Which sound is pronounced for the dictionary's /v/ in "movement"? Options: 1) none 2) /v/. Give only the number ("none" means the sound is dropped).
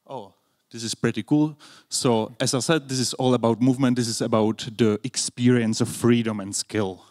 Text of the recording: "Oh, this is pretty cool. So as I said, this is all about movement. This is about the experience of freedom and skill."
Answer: 2